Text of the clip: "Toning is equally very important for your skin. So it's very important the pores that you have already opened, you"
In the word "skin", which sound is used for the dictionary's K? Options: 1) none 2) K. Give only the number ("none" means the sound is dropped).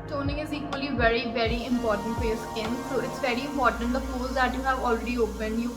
1